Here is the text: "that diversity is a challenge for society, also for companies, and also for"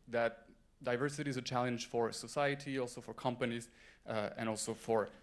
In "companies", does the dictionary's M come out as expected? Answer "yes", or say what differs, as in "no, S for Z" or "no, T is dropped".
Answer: yes